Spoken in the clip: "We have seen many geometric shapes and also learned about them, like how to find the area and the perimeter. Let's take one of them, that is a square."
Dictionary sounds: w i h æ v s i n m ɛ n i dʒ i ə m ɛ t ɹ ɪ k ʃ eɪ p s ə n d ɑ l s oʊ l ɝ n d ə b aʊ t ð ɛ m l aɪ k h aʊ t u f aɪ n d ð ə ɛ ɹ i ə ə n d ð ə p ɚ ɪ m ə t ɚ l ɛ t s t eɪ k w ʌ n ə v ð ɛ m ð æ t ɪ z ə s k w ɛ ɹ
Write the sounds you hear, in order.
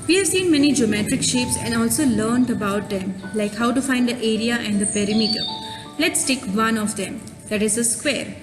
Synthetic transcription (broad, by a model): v i h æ v s i n m ɛ n i dʒ i ə m ɛ t ɹ ɪ k ʃ eɪ p s ə n d ɑ l s oʊ l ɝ n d ə b aʊ t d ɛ m l aɪ k h aʊ t u f aɪ n d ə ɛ ɹ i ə ə n d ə p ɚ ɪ m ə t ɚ l ɛ t s t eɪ k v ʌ n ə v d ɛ m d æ t ɪ z ə s k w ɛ ɹ